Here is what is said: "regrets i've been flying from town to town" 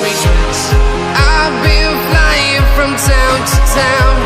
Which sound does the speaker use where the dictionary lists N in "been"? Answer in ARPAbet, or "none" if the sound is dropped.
L